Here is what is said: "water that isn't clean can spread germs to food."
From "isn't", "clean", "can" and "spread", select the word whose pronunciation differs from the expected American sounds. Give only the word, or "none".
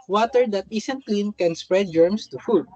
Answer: isn't